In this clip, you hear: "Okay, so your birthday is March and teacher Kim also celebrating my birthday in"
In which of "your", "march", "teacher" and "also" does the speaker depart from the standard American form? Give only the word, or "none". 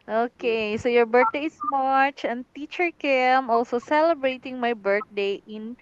none